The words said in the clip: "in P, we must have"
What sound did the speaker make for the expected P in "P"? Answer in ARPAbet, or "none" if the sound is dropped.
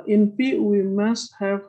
B